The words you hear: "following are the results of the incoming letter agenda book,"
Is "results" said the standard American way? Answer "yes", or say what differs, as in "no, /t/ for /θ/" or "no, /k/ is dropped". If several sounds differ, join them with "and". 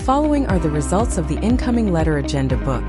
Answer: yes